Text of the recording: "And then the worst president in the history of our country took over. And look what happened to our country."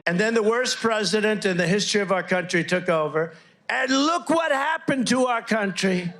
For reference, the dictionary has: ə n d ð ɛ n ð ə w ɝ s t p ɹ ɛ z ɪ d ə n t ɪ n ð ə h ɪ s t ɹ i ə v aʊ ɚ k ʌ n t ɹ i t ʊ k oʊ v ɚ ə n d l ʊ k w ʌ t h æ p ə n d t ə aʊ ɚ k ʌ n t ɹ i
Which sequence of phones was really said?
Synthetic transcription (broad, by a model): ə n ð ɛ n ð ə w ɝ s p ɹ ɛ z ɪ d ə n t ɪ n ð ə h ɪ s t ɹ i ə v aʊ ɚ k ʌ n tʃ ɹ i t ʊ k oʊ v ɚ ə n l ʊ k w ʌ t h æ p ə n t ə aʊ ɚ k ʌ n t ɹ i